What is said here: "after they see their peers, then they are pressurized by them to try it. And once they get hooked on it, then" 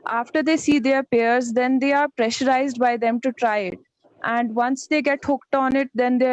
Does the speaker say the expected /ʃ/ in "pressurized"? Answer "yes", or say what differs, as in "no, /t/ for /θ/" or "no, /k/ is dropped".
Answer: yes